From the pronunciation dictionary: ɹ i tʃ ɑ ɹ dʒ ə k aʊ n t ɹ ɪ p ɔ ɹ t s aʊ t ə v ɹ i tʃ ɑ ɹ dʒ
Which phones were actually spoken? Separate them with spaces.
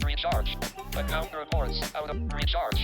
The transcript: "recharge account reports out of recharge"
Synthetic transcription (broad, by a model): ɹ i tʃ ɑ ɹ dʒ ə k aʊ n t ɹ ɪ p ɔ ɹ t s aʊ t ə w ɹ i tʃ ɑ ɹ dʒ